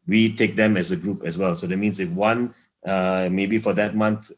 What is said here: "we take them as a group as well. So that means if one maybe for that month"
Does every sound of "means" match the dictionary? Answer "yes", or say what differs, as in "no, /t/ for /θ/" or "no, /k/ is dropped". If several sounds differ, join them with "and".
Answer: no, /s/ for /z/